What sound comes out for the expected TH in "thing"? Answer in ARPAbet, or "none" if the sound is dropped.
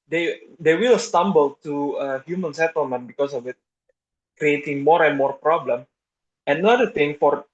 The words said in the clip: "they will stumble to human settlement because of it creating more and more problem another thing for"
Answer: T